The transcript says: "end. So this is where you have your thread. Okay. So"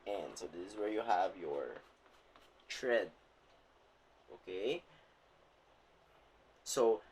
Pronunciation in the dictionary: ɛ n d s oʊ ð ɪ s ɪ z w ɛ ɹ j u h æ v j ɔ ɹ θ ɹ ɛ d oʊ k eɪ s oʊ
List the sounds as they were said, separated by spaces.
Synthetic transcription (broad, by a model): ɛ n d s oʊ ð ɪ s ɪ z w ɛ ɹ j u h æ v j ɔ ɹ t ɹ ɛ d oʊ k eɪ s oʊ